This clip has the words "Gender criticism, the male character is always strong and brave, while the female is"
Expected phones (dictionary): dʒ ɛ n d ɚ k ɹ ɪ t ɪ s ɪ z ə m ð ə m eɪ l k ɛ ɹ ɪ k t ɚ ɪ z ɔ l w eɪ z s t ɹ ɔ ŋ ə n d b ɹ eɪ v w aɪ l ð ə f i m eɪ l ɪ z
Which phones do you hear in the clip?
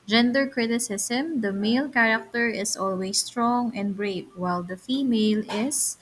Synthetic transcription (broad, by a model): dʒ ɛ n d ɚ k ɹ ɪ t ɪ s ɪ s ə m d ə m eɪ l k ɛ ɹ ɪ k t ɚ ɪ s ɔ l w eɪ s t ɹ ɔ ŋ ə n d b ɹ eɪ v w aɪ l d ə f i m eɪ l ɪ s